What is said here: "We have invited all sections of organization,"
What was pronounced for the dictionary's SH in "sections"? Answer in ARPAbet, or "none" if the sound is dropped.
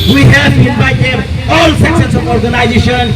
S